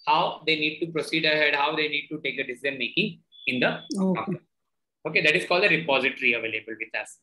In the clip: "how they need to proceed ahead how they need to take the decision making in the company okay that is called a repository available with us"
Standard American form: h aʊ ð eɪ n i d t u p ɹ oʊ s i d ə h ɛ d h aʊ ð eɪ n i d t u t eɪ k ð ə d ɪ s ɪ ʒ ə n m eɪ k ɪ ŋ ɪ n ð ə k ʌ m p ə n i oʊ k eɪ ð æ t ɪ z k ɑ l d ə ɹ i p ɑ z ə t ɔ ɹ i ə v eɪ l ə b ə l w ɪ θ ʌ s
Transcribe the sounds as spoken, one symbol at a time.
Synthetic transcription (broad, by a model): h aʊ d eɪ n i d t u p ɹ oʊ s i d ə h ɛ d h aʊ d eɪ n i d t u t eɪ k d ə d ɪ s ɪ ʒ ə n m eɪ k ɪ ŋ ɪ n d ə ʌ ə i oʊ k eɪ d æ t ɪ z k ɑ l d ə ɹ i p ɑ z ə t ɹ i ə v eɪ l ə b ə l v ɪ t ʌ s